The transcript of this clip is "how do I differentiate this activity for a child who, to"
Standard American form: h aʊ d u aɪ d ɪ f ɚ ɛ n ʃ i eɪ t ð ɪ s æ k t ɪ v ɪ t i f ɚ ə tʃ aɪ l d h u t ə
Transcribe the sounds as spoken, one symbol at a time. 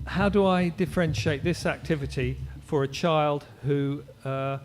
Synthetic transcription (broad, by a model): h aʊ d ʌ aɪ d ɪ f ɚ ɛ n ʃ i eɪ t ð ɪ s æ k t ɪ v ɪ t i f ɚ ə tʃ aɪ l d h u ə